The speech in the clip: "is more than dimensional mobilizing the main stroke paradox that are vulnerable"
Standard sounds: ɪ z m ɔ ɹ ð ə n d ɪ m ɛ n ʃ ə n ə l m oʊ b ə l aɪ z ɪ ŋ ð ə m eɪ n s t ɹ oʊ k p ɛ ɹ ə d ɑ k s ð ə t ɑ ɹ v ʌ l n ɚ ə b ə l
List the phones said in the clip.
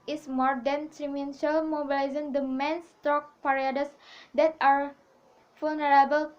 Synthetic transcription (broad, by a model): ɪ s m ɔ ɹ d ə n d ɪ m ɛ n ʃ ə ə l m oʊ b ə l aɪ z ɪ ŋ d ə m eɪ n s t oʊ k p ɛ ɹ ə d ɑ s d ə t ɑ ɹ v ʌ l n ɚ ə b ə l